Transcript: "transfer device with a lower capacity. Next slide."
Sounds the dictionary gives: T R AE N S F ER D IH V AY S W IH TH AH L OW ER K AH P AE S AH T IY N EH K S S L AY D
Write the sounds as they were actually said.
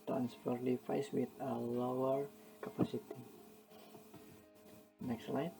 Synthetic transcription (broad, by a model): T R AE N S F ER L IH F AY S W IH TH AH L OW ER K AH P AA S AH T IY N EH K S S L AY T